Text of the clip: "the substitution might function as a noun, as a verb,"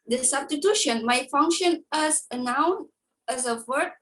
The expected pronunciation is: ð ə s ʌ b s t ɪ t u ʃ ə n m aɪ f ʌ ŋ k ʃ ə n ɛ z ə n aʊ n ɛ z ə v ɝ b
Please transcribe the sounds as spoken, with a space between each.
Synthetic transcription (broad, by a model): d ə s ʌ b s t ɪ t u ʃ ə n m aɪ f ʌ ŋ k ʃ ə n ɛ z ə n aʊ n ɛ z ə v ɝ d